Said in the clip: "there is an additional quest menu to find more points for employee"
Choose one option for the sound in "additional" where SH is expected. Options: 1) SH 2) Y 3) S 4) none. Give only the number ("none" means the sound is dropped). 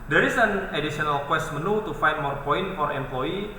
3